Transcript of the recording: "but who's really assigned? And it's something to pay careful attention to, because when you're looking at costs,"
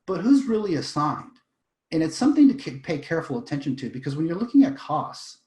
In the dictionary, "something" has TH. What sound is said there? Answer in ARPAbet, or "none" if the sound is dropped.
TH